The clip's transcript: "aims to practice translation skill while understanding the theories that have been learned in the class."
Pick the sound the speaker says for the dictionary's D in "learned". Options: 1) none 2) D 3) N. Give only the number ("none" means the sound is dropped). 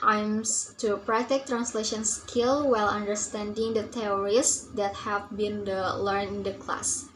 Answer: 1